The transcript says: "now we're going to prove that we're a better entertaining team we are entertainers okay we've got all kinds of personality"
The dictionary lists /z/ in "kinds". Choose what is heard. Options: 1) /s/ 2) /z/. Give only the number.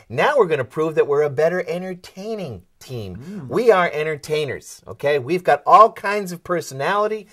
2